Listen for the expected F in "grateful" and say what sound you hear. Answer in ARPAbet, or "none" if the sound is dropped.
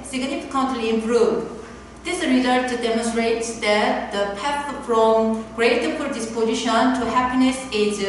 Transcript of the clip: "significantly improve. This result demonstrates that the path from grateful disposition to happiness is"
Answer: P